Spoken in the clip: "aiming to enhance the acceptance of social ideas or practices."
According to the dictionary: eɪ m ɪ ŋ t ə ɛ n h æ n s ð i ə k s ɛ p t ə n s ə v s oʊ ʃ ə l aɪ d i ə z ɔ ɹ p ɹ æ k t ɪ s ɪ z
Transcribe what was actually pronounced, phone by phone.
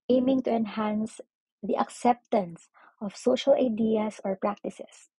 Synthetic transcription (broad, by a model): eɪ m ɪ ŋ t ə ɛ n h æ n s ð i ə k s ɛ p t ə n s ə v s oʊ ʃ ə l aɪ d i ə s ɔ ɹ p ɹ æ k t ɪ s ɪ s